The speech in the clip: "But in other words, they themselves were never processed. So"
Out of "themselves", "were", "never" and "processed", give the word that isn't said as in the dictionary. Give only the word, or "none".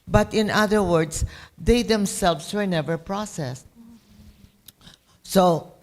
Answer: themselves